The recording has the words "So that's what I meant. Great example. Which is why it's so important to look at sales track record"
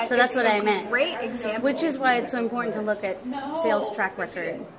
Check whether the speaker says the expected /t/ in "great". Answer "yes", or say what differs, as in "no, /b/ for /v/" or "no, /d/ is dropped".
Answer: no, /t/ is dropped